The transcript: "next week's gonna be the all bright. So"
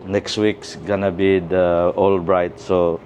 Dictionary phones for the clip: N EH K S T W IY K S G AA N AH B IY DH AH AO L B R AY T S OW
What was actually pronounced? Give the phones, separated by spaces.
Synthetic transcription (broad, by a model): N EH K S T W IY K S G AA N AH B IY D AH AO L B R AY T S OW